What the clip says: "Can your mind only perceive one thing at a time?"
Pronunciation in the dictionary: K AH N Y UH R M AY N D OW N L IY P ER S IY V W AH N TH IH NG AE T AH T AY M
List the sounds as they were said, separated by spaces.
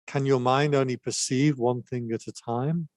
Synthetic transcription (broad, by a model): K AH N Y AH M AY N D OW N L IY P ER S IY V W AH N TH IH NG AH T AH T AY M